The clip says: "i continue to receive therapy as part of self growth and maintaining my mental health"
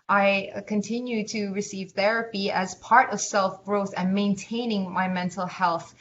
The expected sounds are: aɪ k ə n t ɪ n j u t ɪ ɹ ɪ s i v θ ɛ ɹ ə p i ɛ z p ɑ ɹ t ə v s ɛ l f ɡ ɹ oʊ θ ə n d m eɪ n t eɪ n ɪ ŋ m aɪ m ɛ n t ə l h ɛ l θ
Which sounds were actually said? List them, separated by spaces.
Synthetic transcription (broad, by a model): aɪ k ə n t ɪ n j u t ɪ ɹ ɪ s i v θ ɛ ɹ ə p i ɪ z p ɑ ɹ t ə v s ɛ l f ɡ ɹ oʊ θ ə n m eɪ n t eɪ n ɪ ŋ m aɪ m ɛ n t l h ɛ l θ